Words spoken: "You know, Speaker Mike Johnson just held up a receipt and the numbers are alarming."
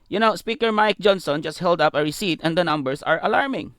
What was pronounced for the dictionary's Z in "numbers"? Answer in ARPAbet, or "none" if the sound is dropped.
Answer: S